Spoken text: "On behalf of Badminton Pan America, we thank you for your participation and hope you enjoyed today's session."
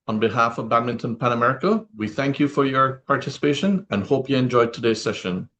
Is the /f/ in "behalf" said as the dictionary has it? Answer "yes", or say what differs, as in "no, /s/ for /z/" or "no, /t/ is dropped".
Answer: yes